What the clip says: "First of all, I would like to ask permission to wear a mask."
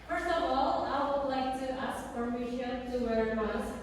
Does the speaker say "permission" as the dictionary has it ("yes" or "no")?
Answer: no